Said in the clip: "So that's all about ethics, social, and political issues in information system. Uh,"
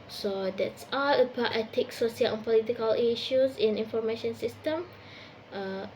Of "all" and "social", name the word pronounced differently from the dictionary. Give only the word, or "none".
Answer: social